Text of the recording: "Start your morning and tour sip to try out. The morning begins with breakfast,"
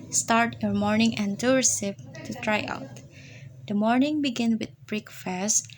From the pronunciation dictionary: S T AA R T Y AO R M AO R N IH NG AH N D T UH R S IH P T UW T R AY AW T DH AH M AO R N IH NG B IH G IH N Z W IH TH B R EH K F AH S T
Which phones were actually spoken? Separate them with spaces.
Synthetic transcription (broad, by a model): S T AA R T Y AO R M AO R N IH NG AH N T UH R S IH P T UW T R AY AW T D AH M AO R N IH NG B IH G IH N W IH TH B R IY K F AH S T